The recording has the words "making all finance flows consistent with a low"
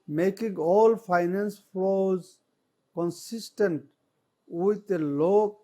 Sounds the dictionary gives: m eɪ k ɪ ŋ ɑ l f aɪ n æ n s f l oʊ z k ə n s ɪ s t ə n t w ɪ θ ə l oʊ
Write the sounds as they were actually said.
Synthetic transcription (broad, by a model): m eɪ k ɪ ŋ ɑ l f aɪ n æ n s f oʊ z k ə n s ɪ s t ə n t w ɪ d ə l oʊ